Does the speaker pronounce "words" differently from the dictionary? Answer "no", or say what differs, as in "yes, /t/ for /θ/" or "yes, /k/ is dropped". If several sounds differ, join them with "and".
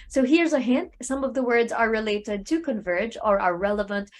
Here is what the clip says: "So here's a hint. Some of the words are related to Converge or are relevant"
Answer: no